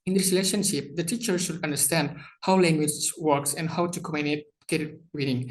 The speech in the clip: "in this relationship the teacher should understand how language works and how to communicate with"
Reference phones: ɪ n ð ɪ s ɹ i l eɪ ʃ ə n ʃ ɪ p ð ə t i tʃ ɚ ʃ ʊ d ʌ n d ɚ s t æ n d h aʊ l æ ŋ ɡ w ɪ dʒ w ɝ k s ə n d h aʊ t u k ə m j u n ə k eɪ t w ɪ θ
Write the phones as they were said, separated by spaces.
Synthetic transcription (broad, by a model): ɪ n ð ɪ ɹ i l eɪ ʃ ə n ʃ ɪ p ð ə t i tʃ ɚ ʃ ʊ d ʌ n d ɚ s t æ n d h aʊ l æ ŋ ɡ w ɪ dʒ w ɝ k s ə n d h aʊ t u k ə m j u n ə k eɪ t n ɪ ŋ